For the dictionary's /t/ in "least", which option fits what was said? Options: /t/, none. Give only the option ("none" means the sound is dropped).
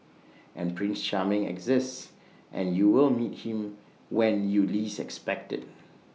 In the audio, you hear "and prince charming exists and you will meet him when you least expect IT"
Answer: none